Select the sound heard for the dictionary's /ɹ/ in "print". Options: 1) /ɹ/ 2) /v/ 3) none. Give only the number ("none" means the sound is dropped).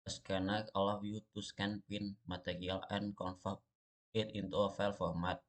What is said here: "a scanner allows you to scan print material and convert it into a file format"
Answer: 3